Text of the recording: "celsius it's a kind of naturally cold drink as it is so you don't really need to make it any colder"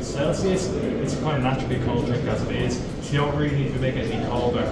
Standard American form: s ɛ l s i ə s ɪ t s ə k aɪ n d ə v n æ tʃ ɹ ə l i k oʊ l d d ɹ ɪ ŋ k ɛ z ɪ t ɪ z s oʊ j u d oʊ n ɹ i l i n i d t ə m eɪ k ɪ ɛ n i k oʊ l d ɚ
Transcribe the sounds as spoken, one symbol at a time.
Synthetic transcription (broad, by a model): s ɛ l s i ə s ɪ t s ə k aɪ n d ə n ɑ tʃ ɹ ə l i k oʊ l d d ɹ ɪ k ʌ z ɪ t ɪ z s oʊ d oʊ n ɹ i l i n i d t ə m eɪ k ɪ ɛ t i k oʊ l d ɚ